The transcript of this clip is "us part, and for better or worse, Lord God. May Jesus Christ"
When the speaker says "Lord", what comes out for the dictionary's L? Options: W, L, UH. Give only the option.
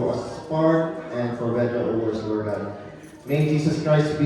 W